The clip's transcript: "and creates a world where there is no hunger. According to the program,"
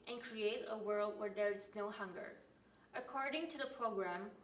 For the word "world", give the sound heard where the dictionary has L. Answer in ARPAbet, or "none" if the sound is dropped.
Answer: L